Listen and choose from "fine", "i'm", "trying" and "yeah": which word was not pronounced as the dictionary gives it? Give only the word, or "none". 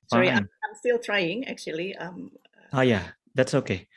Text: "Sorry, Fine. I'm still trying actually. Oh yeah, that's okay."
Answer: fine